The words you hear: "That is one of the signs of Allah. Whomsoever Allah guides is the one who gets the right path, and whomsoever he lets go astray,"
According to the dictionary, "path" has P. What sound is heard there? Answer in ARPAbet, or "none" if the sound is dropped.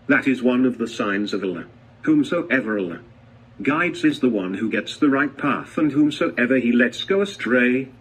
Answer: P